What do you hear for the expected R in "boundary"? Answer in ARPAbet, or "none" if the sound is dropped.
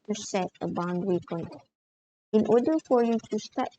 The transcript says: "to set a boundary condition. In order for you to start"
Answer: W